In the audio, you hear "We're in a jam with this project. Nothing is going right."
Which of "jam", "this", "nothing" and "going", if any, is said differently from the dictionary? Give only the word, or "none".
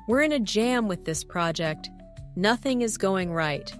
none